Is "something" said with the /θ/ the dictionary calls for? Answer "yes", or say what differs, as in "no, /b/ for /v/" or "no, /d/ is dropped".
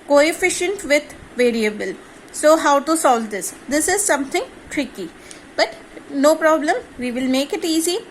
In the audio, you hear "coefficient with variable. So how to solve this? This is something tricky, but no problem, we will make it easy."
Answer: no, /t/ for /θ/